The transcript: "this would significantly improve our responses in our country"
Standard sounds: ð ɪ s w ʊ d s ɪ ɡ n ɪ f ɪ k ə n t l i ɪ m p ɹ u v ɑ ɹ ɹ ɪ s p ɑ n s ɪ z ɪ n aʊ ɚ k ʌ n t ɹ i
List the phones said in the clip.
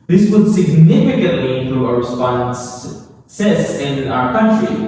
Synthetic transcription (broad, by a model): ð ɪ s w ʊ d s ɪ ɡ n ɪ f ɪ k ə n t l i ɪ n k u ɑ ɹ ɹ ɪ s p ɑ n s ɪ s ɪ n aʊ ɚ k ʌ n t ɹ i